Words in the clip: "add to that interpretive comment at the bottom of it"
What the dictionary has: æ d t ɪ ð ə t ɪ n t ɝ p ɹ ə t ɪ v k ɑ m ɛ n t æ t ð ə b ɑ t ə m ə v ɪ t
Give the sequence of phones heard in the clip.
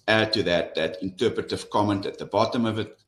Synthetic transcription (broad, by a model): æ d t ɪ ð ə t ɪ n t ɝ p ɹ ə t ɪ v k ɑ m ɛ n t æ t ð ə b ɑ t ə m ə v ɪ t